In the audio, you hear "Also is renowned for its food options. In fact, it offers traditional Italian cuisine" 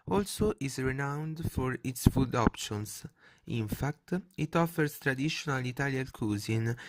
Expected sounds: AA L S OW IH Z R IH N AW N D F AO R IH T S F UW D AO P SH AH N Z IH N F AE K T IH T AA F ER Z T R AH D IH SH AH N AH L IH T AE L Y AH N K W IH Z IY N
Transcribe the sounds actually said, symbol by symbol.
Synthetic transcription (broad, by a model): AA L S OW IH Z R IH N AW N D F AO R IH T S F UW D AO P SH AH N S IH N F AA K T IH T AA F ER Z T R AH D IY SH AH N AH L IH T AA L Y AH L K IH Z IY N